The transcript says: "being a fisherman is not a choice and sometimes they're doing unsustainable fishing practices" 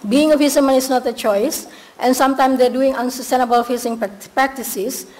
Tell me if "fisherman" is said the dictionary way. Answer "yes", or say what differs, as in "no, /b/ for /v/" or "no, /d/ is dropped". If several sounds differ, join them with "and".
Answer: no, /s/ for /ʃ/